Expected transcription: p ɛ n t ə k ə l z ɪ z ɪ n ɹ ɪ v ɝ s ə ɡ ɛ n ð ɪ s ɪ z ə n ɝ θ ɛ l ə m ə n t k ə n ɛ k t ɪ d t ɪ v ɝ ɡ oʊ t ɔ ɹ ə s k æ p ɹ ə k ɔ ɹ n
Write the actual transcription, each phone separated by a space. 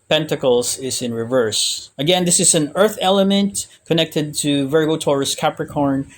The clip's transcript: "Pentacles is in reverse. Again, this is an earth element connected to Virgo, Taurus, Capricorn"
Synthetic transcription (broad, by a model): p ɛ n t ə k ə l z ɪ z ɪ n ɹ ɪ v ɝ s ə ɡ ɛ n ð ɪ s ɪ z ə n ɝ θ ɛ l ə m ə n t k ə n ɛ k t ɪ d t ɪ v ɝ ɡ oʊ t ɔ ɹ ə s k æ p ɹ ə k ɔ ɹ n